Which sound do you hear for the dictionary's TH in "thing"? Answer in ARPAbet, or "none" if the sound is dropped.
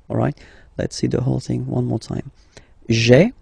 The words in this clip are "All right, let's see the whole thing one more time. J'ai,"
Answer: TH